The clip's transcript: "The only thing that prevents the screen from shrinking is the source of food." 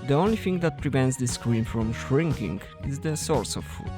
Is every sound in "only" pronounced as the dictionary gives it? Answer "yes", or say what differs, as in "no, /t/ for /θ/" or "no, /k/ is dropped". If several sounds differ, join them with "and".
yes